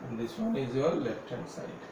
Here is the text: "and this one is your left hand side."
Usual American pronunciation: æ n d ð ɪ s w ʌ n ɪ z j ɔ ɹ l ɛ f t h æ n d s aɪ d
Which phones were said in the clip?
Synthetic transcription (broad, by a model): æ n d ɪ s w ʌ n ɪ z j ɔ l l ɛ f t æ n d s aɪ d